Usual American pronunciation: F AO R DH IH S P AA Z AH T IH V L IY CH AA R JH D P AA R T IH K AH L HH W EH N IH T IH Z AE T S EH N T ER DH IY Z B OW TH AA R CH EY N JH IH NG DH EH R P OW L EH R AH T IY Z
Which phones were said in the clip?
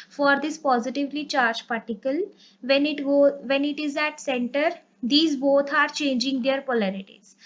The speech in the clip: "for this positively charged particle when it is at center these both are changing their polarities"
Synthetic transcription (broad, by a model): F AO R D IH S P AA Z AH T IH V L IY CH AA R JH P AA R T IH K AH L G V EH N IH T IH Z AE T S EH N T ER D IY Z B OW T AA R CH EY N JH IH NG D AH R P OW L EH R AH T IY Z